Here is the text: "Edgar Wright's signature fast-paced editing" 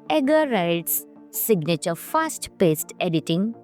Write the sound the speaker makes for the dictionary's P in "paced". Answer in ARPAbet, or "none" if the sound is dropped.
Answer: P